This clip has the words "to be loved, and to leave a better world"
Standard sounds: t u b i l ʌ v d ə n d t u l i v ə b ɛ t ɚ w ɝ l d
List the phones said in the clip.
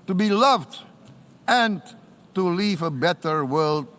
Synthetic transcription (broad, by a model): t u b i l ʌ v d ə n t u l i v ə b ɛ t ɚ w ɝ l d